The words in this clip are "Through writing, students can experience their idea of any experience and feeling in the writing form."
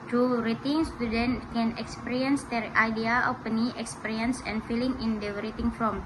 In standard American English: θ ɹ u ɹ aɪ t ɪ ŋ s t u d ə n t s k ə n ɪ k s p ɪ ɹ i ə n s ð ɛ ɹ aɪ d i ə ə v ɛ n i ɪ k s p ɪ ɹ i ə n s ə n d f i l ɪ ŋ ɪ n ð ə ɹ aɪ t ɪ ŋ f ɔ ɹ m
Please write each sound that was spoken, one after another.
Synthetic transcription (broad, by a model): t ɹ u ɹ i t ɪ ŋ s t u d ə n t k ə n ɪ k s p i ɹ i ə n s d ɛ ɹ aɪ d i ə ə p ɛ n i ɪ k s p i ɹ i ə n s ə n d f i l ɪ ŋ ɪ n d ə ɹ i t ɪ ŋ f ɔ m